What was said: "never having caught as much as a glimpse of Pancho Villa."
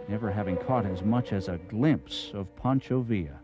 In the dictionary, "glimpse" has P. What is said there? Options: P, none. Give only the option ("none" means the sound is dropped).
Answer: P